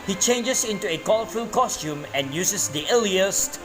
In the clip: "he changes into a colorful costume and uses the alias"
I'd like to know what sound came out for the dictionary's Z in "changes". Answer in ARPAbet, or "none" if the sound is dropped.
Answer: S